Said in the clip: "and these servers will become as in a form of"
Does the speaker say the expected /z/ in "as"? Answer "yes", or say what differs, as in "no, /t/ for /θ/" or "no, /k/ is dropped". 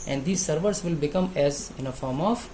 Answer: yes